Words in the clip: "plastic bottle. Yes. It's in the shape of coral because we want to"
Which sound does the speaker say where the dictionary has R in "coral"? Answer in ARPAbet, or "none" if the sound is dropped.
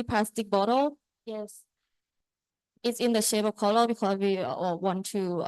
L